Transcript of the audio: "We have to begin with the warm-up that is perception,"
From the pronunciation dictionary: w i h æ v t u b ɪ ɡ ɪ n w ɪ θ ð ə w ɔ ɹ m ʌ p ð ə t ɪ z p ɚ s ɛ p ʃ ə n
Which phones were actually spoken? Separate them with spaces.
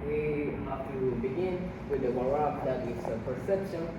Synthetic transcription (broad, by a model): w i h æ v t u b ɪ ɡ ɪ n w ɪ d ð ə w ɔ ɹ ɑ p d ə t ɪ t p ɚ s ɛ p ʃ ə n